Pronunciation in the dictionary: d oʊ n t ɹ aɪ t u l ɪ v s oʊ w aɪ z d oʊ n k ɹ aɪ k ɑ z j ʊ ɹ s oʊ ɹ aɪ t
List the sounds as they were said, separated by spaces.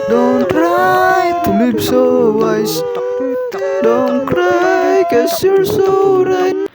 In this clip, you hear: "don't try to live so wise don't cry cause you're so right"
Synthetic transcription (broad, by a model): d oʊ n t ɹ aɪ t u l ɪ b s oʊ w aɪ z d oʊ n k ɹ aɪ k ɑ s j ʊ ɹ s oʊ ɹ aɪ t